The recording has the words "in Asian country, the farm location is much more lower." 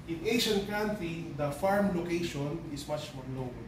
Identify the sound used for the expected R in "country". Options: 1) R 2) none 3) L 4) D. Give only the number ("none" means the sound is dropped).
2